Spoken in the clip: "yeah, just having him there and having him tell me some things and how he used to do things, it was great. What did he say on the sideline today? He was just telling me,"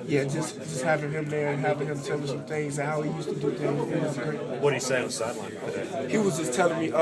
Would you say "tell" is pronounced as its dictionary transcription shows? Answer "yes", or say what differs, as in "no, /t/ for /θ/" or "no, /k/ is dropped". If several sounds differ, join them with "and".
no, /s/ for /t/